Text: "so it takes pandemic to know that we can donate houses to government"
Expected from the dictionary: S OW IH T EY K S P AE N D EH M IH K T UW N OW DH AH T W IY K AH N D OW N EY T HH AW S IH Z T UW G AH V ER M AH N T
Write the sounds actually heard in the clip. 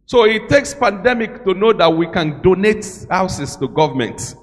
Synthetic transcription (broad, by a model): S OW IH T EY K S P AE N D EH M IH K T UW N OW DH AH T W IY K AH N D OW N EY T HH AW S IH S T UW G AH V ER M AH N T